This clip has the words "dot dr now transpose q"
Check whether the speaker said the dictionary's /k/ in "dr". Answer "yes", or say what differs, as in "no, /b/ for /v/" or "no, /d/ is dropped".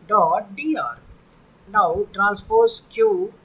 no, /k/ is dropped